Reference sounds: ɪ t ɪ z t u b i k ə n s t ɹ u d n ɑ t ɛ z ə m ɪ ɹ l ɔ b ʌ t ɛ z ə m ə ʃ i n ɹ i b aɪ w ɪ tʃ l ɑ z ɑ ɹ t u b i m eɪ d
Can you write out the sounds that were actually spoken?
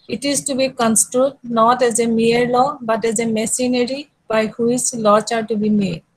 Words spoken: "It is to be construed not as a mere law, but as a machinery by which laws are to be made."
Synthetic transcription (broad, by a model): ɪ t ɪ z t u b i k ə n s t ɹ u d n ɑ t ɛ z ə m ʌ ɹ l ɔ b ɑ t ɛ z ə m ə s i n ɹ i b aɪ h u s l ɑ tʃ ɑ ɹ t u b i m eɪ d